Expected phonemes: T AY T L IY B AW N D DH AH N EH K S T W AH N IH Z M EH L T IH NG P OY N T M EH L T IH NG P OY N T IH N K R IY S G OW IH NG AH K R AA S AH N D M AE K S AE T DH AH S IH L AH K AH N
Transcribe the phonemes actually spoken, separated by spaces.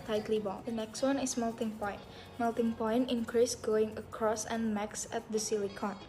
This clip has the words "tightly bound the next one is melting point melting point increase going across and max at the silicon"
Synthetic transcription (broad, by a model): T AY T L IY B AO L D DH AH N EH K S T W AH N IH S M EH L T IH NG P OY N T M EH L T IH NG P OY N T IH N K R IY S G OW IH NG AH K R AA S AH N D M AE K S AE T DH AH S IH L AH K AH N